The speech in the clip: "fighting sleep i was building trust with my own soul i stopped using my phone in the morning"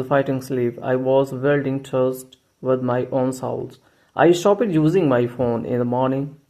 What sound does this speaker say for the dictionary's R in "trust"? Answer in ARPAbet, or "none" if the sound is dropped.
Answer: none